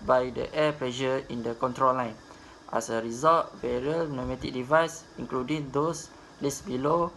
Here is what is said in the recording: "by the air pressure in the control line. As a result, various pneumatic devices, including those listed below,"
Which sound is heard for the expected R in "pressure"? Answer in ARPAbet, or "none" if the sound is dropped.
L